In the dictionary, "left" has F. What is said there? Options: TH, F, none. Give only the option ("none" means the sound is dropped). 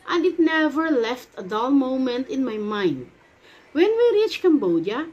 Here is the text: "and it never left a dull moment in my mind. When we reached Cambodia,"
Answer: F